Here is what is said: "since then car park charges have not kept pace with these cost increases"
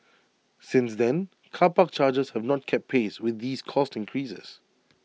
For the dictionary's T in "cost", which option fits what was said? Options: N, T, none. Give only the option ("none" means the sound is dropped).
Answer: T